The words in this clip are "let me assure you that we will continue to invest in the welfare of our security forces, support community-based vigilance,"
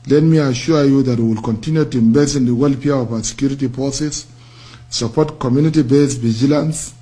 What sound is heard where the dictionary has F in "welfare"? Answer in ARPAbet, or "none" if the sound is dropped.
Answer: P